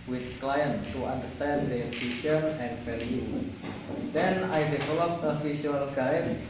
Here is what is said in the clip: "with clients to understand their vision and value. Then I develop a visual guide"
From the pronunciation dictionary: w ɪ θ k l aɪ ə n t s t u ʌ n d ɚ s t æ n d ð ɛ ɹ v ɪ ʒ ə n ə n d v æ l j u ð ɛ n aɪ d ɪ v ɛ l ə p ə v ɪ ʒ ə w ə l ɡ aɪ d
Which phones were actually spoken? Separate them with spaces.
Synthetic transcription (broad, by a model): w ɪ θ k l aɪ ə n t t u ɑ n d ɚ s t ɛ n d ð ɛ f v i s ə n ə n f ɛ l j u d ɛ n aɪ d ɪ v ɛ l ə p ə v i s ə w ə l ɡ aɪ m